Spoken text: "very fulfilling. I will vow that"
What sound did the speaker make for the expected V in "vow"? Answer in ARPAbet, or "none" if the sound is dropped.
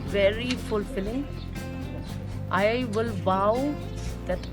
B